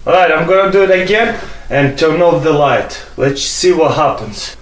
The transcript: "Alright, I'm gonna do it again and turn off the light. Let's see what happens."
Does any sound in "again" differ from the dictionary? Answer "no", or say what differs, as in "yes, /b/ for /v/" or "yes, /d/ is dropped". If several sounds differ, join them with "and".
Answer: no